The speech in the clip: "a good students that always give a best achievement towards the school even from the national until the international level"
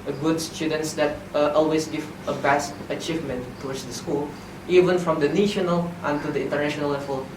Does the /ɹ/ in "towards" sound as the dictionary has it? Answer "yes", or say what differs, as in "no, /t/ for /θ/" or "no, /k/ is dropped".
no, /w/ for /ɹ/